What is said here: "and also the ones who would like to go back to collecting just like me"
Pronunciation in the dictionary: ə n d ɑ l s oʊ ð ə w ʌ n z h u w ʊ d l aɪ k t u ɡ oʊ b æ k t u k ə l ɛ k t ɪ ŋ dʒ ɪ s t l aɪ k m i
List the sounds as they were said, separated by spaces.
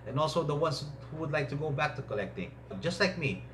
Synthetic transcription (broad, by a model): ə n ɑ l s oʊ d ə w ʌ n s h u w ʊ d l aɪ k t u ɡ oʊ b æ k t u k ə l ɛ k t ɪ ŋ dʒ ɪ s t l aɪ k m i